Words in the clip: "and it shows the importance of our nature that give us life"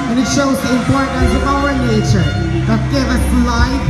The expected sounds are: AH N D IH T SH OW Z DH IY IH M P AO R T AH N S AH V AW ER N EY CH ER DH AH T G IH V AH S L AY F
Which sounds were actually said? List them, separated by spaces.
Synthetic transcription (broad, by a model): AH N IH T SH OW Z DH IY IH M P AO R T N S AH V AW ER N EY CH ER DH AH T G IH V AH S L AY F